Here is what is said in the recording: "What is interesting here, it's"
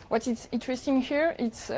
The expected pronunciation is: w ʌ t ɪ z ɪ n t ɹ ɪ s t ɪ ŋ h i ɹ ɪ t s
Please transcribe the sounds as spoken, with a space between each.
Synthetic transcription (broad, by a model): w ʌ t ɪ s ɪ n t ɹ ɪ s t ɪ ŋ h i ɹ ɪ t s